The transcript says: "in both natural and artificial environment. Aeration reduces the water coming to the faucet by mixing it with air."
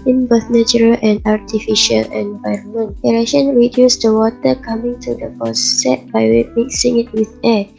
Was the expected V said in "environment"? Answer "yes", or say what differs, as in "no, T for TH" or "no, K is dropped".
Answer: yes